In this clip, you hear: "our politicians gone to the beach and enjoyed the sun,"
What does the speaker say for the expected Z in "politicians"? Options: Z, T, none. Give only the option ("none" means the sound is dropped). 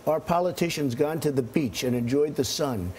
Z